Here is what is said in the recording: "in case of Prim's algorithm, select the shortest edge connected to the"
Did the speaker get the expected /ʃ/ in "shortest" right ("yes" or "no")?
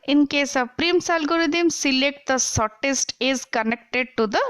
no